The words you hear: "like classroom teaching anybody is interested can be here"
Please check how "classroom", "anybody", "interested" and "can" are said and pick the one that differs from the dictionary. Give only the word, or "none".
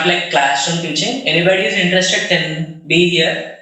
classroom